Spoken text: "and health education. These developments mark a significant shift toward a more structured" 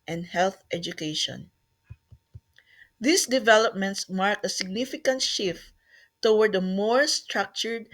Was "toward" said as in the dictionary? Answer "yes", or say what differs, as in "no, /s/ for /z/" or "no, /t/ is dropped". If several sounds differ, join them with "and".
no, /w/ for /ɹ/